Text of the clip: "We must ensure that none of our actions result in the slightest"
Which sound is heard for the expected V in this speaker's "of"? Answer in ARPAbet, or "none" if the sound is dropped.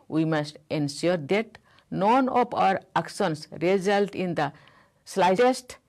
P